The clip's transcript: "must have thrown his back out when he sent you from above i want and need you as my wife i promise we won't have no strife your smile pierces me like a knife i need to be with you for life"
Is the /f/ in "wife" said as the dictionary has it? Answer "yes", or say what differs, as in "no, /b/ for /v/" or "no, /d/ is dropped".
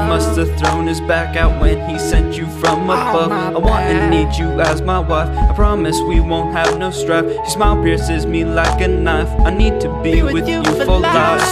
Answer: yes